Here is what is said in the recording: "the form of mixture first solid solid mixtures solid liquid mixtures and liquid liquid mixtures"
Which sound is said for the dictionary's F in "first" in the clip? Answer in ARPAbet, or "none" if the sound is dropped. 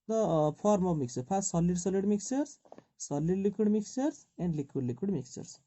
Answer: P